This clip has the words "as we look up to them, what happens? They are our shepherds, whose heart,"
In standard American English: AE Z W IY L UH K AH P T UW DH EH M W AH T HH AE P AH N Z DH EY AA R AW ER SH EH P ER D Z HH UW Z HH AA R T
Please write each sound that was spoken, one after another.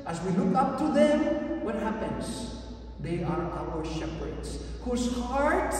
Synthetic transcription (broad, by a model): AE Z W IY L UH K AH P T UW DH EH M W AH T HH AE P AH N Z DH EY AA R AW ER SH EH P ER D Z HH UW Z HH AA R T